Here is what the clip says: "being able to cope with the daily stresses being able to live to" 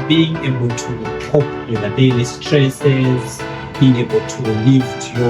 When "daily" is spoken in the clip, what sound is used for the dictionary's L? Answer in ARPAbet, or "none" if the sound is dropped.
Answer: W